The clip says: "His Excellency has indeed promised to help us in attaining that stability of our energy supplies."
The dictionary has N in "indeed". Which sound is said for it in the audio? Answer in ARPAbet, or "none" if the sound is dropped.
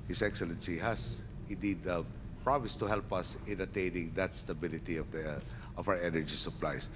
none